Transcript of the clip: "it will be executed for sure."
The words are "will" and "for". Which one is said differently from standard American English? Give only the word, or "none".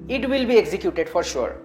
none